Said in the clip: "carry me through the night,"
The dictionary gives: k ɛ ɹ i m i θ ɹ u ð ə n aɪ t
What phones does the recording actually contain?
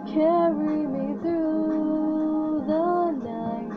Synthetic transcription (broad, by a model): k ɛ ɹ i m i θ ɹ u ð ə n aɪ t